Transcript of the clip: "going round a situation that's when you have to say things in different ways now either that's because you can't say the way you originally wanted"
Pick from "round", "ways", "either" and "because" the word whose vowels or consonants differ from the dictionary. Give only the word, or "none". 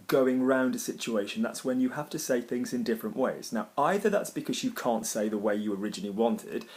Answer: none